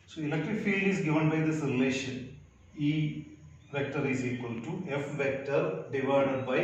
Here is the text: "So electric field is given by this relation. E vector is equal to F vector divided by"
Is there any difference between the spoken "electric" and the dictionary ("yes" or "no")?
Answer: yes